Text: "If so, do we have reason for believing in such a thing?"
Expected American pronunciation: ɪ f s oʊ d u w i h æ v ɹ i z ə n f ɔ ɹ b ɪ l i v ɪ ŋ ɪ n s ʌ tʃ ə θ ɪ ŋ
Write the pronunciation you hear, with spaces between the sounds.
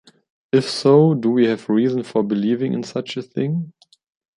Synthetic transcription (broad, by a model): ɪ f s oʊ d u w i h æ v ɹ i z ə n f ɔ ɹ b ɪ l i v ɪ ŋ ɪ n s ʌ tʃ ə θ ɪ ŋ